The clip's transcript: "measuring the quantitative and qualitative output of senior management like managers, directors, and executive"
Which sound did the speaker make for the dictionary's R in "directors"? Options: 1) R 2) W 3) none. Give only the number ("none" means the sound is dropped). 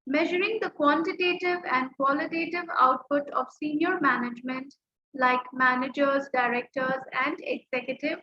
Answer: 1